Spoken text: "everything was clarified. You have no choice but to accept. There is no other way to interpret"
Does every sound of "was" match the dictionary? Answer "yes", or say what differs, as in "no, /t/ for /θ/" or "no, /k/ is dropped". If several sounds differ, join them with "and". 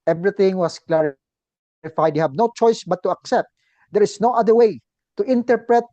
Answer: no, /s/ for /z/